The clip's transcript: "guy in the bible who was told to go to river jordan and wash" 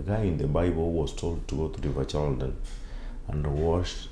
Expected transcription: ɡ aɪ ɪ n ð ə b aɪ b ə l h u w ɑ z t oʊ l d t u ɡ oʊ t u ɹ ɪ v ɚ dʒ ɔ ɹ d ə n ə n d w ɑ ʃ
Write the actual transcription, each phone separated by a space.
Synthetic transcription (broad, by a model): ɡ aɪ ɪ n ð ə b aɪ b ə l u w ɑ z t oʊ l d t u ɡ oʊ t u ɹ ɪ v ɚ tʃ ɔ l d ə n ə n d w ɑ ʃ